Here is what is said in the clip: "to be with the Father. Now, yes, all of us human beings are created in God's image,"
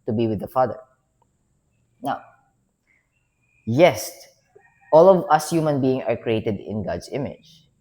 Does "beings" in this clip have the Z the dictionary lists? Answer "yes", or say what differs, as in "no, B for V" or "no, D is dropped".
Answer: no, Z is dropped